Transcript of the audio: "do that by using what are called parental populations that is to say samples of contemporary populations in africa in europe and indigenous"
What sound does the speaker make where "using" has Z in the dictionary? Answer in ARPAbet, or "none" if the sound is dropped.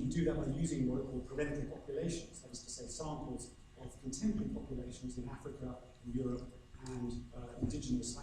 Z